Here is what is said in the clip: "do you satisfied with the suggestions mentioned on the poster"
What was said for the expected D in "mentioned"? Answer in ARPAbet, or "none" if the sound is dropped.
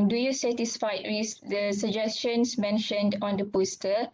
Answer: D